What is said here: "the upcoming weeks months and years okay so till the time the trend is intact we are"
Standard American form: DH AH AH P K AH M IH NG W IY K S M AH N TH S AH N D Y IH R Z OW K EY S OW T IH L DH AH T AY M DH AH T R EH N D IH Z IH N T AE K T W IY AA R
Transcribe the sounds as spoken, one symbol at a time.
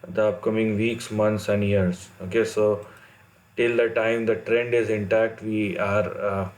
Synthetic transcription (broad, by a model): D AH AH P K AH M IH NG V IY K S M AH N S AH N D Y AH R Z OW K EY S OW T IH L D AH T AY M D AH T R EH N D IH Z IH N T AE K T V IY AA R